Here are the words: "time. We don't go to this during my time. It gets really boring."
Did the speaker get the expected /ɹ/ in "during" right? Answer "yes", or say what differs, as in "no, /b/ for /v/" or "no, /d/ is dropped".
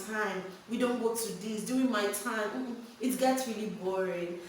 no, /ɹ/ is dropped